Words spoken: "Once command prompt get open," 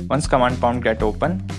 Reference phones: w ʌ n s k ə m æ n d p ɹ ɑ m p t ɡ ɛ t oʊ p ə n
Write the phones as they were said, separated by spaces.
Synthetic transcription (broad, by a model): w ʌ n s k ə m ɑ n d p ɑ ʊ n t ɡ ɛ t oʊ p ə n